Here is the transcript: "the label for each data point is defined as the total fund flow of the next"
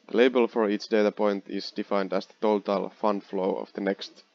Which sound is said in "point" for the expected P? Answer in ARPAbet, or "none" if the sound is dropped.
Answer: P